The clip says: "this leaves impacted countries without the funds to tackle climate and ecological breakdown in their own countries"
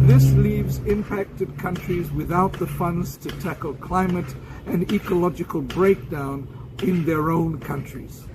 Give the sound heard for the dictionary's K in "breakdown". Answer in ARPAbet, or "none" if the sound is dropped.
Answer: K